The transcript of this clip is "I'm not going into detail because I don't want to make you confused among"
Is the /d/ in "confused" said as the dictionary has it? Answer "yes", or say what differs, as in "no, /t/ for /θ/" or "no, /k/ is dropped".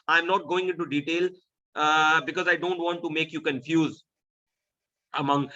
no, /d/ is dropped